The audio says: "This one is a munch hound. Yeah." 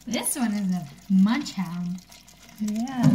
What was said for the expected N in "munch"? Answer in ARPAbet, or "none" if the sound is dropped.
N